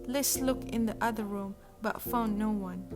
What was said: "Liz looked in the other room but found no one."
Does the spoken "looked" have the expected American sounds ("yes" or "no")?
no